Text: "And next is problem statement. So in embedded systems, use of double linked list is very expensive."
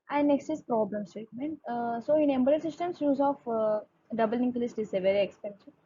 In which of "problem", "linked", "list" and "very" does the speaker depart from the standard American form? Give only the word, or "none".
linked